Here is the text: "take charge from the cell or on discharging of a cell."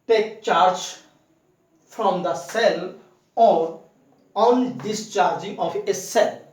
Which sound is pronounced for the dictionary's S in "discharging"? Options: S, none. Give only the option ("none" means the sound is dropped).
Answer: S